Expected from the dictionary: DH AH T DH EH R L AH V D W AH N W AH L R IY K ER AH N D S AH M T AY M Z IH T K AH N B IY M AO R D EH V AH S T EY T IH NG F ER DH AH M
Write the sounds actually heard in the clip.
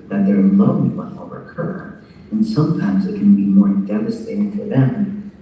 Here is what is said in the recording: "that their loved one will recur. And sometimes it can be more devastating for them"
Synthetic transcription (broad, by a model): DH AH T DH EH R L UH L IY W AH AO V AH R K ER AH N S AH M T AY M Z IH T K AH N B IY M AO R D EH V AH S T EY T IH NG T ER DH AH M